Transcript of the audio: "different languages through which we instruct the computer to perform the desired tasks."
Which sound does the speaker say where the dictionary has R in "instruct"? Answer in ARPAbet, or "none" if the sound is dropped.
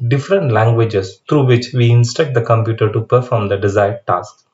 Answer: none